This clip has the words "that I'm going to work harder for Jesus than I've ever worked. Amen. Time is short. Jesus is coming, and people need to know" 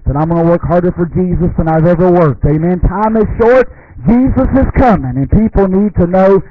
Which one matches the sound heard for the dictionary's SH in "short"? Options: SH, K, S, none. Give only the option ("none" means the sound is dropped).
SH